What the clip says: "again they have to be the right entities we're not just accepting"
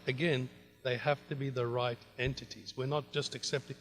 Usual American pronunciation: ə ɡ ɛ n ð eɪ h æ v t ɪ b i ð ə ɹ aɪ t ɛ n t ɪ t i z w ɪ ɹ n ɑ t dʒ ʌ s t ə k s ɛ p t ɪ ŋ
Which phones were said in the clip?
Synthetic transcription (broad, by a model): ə ɡ ɛ n ð eɪ h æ f t ɪ b i ð ə ɹ aɪ t ɛ n t ɪ t i z w ɪ ɹ n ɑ t dʒ ʌ s t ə k s ɛ p t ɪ